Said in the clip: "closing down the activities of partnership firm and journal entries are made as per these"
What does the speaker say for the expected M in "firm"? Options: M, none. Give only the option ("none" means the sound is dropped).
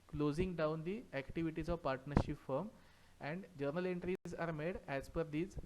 M